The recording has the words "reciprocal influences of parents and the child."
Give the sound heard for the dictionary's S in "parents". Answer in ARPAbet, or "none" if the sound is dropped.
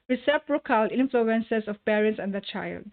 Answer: S